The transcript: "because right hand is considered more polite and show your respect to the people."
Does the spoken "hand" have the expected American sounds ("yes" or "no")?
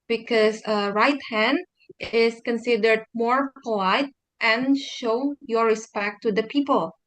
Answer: yes